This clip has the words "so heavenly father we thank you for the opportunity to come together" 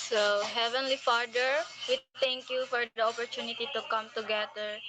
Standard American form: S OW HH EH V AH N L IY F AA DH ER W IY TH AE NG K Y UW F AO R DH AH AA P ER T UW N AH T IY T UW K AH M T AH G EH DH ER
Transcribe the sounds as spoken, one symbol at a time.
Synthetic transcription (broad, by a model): S OW HH EH V AH N L IY F AA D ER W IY T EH NG K Y UW F AO R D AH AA P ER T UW N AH T IY T UW K AH M T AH G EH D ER